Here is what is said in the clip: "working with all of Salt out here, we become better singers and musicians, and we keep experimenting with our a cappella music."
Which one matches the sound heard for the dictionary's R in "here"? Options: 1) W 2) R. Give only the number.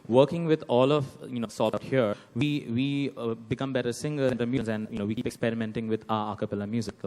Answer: 1